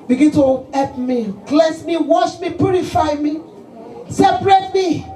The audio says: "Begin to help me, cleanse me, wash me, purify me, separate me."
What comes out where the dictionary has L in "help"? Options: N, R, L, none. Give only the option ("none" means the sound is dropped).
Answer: none